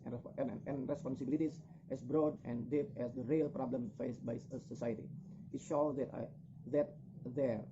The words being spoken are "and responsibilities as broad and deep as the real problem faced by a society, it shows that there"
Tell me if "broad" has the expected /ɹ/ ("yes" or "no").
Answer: yes